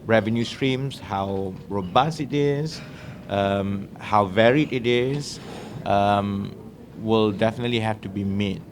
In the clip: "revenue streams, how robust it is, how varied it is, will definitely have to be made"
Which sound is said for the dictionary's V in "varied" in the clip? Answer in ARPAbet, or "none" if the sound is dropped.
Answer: V